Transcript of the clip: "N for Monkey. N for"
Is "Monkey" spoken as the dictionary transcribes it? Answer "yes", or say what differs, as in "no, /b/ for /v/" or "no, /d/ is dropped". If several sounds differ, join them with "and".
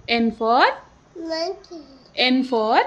no, /ŋ/ is dropped